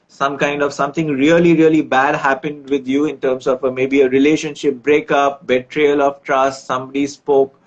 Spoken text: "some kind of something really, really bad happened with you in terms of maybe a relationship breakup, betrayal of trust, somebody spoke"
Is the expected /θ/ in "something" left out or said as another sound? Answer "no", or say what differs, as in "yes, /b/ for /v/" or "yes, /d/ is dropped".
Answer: yes, /t/ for /θ/